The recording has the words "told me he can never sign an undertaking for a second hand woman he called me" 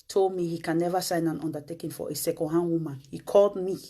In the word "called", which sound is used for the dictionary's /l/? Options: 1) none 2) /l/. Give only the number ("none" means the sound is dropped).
2